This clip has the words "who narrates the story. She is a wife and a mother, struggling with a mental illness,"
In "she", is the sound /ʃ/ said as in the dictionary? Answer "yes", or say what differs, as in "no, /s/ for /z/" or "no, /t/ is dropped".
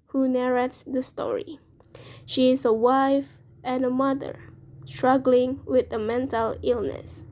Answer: yes